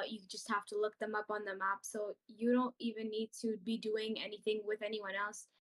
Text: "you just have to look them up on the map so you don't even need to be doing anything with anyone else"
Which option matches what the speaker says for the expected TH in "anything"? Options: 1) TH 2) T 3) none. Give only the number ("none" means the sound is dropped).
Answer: 1